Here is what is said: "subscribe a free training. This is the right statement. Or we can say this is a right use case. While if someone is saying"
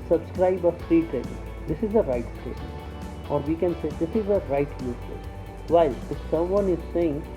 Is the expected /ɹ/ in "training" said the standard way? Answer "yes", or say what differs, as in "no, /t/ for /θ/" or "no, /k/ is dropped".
no, /ɹ/ is dropped